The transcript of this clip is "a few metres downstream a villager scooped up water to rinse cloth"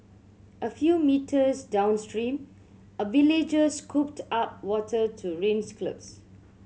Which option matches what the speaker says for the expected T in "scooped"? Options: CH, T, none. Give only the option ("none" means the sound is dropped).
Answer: T